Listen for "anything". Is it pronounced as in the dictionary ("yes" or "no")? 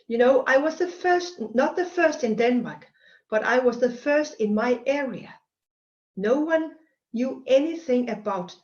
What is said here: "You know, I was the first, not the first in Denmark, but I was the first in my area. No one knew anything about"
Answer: yes